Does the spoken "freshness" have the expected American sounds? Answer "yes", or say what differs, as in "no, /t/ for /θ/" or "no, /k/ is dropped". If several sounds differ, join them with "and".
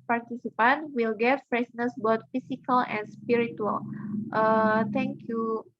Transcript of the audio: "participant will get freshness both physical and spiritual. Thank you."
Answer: no, /s/ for /ʃ/